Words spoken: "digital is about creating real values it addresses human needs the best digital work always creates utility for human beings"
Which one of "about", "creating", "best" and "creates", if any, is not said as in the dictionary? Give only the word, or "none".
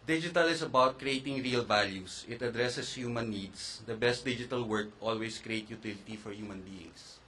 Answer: creates